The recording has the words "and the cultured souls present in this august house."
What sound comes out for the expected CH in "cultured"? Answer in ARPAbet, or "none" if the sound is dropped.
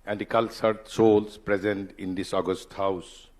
S